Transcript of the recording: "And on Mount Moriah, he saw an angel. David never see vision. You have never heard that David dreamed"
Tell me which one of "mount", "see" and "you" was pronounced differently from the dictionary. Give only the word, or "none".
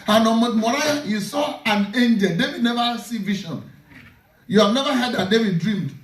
mount